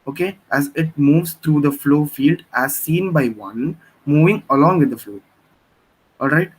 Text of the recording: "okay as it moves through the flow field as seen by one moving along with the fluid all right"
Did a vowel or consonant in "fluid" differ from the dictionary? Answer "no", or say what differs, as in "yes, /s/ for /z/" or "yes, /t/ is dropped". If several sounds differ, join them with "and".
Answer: yes, /d/ is dropped